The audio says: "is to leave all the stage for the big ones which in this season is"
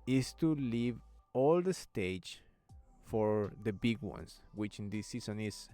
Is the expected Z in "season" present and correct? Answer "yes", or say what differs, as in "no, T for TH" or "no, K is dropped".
no, S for Z